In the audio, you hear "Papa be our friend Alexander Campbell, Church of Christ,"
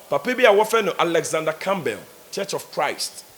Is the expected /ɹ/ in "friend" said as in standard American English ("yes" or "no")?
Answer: no